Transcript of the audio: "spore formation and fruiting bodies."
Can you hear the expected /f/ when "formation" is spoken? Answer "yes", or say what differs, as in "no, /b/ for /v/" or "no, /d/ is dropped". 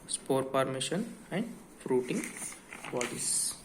no, /p/ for /f/